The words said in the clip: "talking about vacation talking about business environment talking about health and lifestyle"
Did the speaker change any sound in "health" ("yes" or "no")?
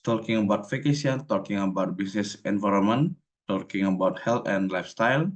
yes